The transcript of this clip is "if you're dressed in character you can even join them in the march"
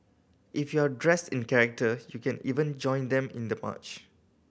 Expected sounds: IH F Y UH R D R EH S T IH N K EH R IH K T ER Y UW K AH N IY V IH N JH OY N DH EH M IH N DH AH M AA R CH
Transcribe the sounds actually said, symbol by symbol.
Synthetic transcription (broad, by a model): IH F Y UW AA D R EH S T IH N K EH R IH K T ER Y UW K AH N IY V IH N JH OY N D EH M IH N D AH M AA CH